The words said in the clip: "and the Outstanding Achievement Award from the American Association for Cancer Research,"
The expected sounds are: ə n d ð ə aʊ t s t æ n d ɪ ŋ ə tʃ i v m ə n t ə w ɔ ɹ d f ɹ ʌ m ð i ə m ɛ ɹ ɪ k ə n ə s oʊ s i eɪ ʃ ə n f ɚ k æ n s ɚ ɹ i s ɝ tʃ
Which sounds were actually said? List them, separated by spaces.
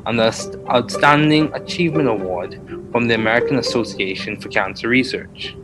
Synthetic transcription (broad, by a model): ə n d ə aʊ t s t æ n d ɪ ŋ ə tʃ i v m ə n t ə w ɔ ɹ d f ɹ ʌ m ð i ə m ɛ ɹ ɪ k ə n ə s oʊ s i eɪ ʃ ə n f ɚ k æ n s ɚ ɹ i s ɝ tʃ